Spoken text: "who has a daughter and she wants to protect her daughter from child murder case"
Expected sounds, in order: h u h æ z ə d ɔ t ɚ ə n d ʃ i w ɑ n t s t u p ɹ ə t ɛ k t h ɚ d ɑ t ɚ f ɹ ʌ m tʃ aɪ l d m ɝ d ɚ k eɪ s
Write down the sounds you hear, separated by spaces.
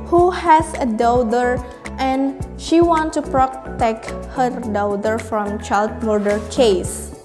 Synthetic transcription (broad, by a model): h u h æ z ə d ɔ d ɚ ə n d ʃ i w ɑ n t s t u p ɹ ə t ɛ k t h ɚ d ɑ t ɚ f ɹ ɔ m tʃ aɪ l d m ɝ d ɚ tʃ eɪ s